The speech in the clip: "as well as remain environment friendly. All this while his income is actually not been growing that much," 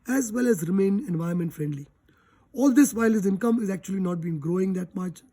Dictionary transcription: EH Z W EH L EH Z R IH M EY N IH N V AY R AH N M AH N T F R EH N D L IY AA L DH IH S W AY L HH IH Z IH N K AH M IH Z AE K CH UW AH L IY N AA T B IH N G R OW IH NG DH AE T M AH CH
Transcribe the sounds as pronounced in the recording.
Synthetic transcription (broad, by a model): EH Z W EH L EH Z R IH M EY N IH N V AY AH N M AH N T F R EH N D L IY AA L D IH S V AY L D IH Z IH N K AH M IH Z AE K CH UW AH L IY N AA T B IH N G R OW IH NG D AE T M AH CH